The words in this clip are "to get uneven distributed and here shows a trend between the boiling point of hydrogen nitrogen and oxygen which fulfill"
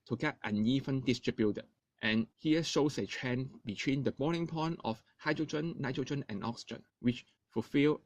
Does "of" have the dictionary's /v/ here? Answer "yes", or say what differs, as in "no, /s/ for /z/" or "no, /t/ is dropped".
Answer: no, /f/ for /v/